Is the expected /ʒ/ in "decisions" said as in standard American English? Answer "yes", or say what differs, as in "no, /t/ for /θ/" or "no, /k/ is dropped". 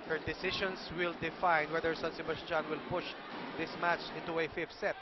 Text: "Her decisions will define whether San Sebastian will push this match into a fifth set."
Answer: no, /ʃ/ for /ʒ/